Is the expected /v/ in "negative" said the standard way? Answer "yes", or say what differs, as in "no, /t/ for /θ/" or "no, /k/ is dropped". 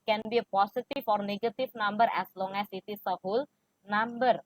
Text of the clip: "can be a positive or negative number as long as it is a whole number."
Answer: no, /f/ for /v/